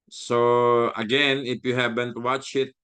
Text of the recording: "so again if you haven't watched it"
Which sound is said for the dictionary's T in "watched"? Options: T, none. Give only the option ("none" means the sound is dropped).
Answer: none